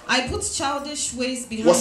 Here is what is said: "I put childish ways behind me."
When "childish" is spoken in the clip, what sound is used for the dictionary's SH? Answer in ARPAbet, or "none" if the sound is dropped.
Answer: SH